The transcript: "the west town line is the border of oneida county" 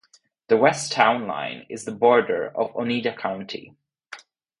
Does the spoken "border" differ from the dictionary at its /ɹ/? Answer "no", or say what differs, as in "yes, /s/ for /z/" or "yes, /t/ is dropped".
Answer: no